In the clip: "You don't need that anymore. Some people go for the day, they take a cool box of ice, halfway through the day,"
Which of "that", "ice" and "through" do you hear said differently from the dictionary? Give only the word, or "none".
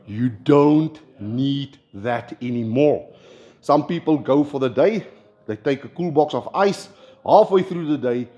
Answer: none